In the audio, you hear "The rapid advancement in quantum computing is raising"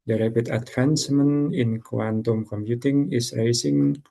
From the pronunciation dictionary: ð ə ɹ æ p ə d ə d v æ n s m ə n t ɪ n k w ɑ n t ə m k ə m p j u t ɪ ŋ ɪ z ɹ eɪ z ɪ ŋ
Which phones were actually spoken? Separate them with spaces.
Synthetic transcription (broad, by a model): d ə ɹ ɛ b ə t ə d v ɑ n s m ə n ɪ n k w ɑ n t ə m k ə m p j u t ɪ ŋ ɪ s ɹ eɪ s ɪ ŋ